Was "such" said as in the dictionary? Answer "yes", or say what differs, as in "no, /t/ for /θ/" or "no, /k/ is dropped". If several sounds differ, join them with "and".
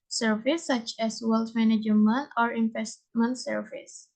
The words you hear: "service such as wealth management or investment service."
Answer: yes